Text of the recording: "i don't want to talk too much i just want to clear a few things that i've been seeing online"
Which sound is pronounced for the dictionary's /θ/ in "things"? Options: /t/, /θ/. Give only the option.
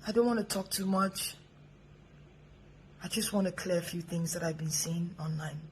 /θ/